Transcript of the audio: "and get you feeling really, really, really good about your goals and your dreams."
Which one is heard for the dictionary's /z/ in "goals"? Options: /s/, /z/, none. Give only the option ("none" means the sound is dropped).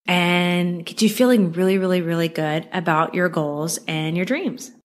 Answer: /z/